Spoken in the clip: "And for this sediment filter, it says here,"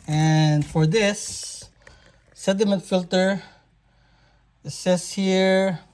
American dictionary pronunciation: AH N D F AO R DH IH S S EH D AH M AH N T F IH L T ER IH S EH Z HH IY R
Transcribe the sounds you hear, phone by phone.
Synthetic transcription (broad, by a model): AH N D F AO R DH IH S S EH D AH M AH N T F IH L T ER S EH S HH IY R